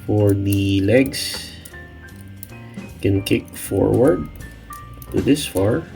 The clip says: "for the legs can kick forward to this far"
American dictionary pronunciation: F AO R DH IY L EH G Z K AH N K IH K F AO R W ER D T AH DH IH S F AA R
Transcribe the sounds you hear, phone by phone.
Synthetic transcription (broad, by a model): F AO R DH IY L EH G S K AH N K IH K F AO R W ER D T AH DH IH S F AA R